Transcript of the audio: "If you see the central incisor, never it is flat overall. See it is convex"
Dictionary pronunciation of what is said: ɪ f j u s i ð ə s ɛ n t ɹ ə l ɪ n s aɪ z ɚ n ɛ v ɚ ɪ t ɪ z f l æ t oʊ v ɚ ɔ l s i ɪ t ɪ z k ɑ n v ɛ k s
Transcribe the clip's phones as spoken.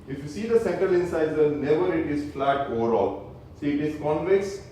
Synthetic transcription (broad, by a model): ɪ f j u s i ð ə s ɛ n t ɹ ə l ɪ n s aɪ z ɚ n ɛ v ɚ ɪ t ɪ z f l æ t oʊ v ɚ ɔ l s i ɪ t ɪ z k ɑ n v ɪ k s